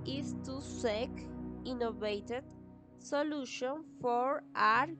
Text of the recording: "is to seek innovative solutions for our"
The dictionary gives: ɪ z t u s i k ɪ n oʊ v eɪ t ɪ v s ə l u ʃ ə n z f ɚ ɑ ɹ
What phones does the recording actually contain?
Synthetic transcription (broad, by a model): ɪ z t u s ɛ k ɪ n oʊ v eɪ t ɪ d s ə l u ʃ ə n f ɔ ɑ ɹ